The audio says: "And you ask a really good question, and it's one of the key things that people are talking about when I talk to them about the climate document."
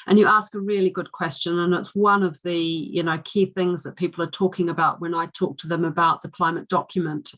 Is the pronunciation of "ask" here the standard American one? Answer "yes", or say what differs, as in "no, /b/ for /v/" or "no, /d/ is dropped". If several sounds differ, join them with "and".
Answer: yes